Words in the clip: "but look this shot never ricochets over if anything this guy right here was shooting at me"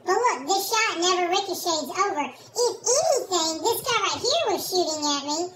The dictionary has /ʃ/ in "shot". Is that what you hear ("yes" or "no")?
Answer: yes